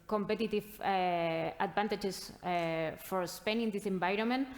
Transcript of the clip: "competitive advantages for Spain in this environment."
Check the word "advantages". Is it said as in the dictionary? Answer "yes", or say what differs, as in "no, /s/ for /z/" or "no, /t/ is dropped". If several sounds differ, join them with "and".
no, /b/ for /v/ and /s/ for /z/